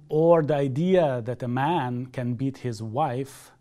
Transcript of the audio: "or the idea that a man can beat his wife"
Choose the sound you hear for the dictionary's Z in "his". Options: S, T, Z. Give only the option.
Z